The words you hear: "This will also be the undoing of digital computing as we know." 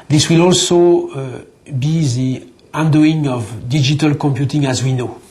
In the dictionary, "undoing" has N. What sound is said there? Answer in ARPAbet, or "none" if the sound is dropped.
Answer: N